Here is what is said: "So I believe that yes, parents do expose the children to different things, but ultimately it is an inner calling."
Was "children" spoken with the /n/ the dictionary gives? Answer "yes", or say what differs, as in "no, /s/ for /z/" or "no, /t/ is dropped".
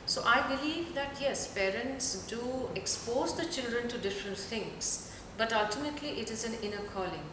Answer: yes